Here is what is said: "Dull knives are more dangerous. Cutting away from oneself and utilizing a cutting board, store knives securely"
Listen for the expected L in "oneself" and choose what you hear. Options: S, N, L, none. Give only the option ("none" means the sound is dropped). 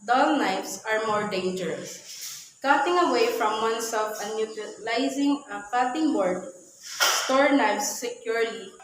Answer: none